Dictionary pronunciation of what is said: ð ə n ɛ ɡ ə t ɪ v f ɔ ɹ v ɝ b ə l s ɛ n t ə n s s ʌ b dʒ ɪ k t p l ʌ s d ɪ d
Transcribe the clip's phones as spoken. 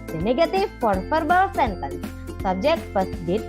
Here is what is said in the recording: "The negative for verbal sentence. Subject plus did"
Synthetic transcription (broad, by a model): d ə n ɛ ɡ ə t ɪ f ɔ ɹ f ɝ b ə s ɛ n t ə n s s ʌ b dʒ ɪ k t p ʌ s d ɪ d